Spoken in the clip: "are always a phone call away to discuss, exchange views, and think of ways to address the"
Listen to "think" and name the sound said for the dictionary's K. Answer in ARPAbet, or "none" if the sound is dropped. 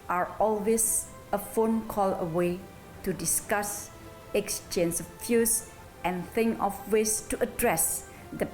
none